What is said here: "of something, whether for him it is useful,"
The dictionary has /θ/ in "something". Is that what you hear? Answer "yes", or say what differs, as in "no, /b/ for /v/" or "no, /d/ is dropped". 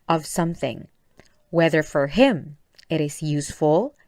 yes